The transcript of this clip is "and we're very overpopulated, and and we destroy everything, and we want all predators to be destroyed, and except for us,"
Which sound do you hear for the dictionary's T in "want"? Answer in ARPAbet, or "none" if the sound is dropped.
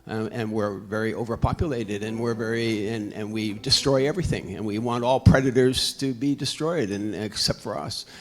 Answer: T